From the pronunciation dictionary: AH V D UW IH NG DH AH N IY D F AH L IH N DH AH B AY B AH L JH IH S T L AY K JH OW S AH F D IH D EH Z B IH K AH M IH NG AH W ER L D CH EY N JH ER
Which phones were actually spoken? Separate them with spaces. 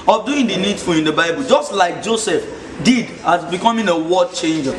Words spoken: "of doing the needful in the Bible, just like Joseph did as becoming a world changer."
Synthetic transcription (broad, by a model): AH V D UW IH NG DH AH N IY D F AH L IH N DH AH B AY B AH L JH IH S T L AY K JH OW S AH F D IH D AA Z B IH K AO M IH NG AH W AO D CH EY N JH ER